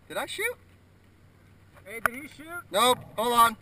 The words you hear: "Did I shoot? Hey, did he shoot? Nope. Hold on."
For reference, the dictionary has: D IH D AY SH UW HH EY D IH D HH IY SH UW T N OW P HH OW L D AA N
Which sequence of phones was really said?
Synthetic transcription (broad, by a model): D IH D AY SH UW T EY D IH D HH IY SH UW T N OW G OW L AA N